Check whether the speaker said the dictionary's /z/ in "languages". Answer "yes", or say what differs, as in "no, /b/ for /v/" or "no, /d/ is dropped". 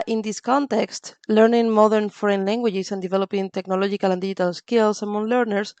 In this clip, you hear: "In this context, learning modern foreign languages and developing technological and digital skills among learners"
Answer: no, /s/ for /z/